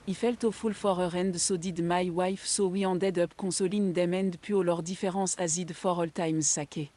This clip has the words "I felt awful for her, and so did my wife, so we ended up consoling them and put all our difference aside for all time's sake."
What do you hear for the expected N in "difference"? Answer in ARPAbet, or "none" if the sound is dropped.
none